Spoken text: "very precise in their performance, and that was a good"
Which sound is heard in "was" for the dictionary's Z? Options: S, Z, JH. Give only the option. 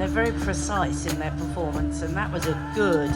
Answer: Z